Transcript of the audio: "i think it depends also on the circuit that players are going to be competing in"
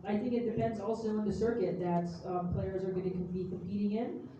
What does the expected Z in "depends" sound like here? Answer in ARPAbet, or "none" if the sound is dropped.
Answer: Z